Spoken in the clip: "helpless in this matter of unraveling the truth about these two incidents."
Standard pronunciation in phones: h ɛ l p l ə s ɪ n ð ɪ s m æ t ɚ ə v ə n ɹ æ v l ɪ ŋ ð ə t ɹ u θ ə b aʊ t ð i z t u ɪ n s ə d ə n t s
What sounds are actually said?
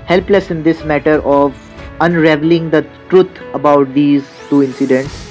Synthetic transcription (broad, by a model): h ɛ l p l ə s ɪ n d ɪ s m æ t ɚ ə v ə n ɹ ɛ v l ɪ ŋ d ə t ɹ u t ə b aʊ t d i z t u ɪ n s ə d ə n t s